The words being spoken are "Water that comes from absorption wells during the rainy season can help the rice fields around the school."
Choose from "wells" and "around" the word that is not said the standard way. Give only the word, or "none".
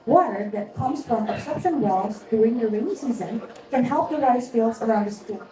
wells